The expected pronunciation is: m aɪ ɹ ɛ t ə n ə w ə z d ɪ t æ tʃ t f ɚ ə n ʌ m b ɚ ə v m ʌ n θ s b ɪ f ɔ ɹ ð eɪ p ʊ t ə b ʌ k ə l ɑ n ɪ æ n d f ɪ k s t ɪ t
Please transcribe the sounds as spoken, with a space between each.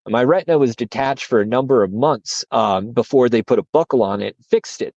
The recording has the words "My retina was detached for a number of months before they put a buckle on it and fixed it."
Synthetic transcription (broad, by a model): m aɪ ɹ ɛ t n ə w ə z d ɪ t æ tʃ t f ɚ ə n ʌ m b ɚ ə v m ʌ n θ s b ɪ f ɔ ɹ ð eɪ p ʊ t ə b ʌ k l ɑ n ɪ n f ɪ k s t ɪ t